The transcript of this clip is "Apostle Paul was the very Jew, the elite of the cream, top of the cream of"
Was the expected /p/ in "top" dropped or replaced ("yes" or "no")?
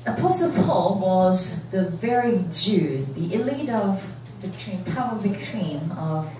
yes